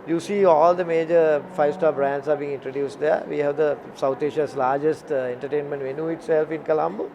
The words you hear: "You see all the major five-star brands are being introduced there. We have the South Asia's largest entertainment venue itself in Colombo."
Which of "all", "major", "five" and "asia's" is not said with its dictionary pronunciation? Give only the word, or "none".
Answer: asia's